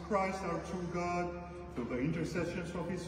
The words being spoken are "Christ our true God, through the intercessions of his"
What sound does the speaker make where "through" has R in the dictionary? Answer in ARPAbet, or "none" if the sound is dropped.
none